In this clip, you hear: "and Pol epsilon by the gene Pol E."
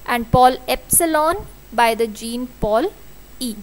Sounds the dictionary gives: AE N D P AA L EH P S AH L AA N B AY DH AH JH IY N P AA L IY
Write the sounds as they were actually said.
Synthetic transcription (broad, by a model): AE N D P AA L EH P S AH L AA N B AY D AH JH IY N P AA L IY